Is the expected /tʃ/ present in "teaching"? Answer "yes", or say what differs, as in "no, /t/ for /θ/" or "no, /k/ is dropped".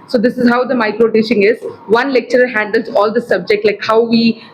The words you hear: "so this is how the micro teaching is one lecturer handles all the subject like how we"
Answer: no, /ʃ/ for /tʃ/